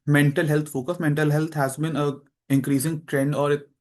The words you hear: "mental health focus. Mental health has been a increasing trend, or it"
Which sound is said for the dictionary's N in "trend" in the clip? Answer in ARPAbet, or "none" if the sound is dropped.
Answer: N